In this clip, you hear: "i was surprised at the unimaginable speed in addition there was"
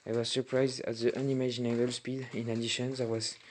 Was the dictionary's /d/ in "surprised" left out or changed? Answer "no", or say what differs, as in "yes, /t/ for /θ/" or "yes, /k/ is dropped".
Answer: no